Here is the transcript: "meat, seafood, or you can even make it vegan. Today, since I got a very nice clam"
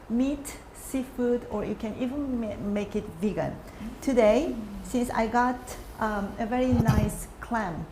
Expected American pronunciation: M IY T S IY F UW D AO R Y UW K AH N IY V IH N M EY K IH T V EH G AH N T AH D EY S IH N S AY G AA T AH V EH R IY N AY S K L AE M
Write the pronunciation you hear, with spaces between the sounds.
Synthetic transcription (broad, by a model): M IY T S IY F UW D AO R Y UW K AH N IY V IH N M EY K IH T V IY G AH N T AH D EY S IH N S AY G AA T AH V EH R IY N AY S K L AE M